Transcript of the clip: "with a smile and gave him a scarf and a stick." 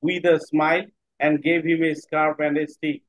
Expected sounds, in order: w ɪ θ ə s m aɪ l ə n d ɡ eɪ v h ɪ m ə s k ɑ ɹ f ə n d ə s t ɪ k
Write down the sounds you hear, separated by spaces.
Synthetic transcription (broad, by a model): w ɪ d ə s m aɪ l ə n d ɡ eɪ v h ɪ m ə s k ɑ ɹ p ə n d ə s t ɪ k